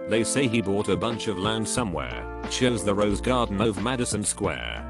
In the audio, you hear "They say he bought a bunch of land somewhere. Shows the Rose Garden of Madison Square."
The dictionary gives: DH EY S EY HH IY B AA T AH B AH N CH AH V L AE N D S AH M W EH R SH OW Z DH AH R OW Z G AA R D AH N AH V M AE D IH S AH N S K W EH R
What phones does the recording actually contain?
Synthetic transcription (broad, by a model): DH EY S EY IY B AA T AH B AH N CH AH V L AE N D S AH M W EH R SH OW Z DH AH R OW Z G AA R D N AH V M AE D IH S AH N S K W EH R